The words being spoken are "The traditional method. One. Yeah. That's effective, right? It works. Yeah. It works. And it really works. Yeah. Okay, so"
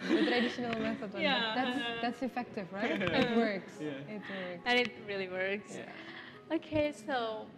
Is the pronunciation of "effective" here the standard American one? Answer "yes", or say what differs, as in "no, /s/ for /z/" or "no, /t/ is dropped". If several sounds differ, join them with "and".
yes